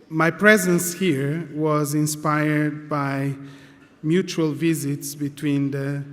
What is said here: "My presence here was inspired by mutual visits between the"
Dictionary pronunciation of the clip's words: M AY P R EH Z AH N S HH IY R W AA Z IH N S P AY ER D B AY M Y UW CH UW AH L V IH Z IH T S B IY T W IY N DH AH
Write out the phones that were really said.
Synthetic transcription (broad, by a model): M AY P R EH Z AH N S HH IY R W AA Z IH N S P AY ER D B AY M Y UW CH UW AH L V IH Z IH T S B IY T W IY N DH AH